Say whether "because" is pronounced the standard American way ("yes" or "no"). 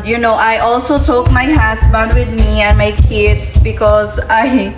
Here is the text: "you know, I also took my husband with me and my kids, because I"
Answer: yes